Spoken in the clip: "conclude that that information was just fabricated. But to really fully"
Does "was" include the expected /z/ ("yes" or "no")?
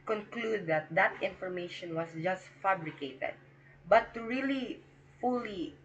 no